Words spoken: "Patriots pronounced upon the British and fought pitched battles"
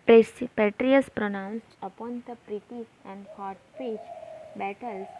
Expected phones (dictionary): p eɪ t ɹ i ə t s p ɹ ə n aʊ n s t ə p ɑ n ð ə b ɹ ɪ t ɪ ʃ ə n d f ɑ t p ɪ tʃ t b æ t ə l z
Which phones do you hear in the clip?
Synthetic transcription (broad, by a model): p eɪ t ɹ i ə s p ɹ ə n aʊ n s t ə p ɑ n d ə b ɹ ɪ t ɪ s ə n d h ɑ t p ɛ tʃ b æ t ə l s